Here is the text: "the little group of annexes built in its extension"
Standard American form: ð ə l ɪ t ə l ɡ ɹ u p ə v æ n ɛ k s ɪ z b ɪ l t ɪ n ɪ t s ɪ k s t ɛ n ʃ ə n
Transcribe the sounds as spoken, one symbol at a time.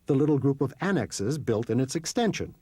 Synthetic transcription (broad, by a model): ð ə l ɪ t l ɡ ɹ u p ə v æ n ɛ k s ɪ z b ɪ l t ɪ n ɪ t s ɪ k s t ɛ n ʃ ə n